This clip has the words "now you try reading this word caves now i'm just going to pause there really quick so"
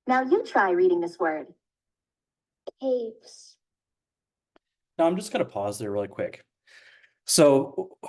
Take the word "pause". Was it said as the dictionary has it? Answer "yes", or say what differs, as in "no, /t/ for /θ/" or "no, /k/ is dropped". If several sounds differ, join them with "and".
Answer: yes